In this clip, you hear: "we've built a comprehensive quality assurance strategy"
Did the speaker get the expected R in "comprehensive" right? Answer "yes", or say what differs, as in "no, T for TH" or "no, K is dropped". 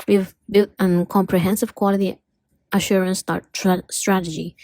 yes